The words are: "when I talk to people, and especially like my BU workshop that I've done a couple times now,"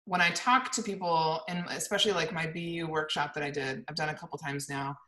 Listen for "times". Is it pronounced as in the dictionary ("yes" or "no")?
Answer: yes